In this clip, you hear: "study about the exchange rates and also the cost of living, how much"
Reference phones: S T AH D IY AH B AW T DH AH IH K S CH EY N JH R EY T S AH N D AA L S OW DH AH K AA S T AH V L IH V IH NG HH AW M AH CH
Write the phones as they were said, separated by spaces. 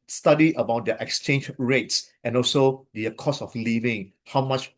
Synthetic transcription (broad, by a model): S T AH D IY AH B AW T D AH IH K S CH EY N JH R EY T S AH N AA L S OW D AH K AA S AH F L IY V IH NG HH AW M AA CH